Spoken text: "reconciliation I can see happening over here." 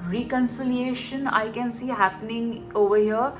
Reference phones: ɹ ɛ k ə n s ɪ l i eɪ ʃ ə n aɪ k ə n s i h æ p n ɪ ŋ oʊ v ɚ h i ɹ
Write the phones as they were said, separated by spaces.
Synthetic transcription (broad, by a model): ɹ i k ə n s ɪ l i eɪ ʃ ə n aɪ k ə n s i h æ p n ɪ ŋ oʊ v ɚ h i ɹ